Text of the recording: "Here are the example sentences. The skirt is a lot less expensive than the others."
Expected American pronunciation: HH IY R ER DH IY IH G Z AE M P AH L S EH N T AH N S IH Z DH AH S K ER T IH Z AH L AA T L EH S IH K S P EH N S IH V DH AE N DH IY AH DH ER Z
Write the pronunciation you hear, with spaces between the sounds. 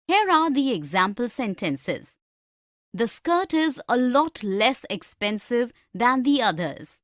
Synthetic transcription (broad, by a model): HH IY R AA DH IY IH G Z AE M P AH L S EH N T AH N S IH Z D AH S K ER T IH Z AH L AA T L EH S IH K S P EH N S IH V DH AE N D IY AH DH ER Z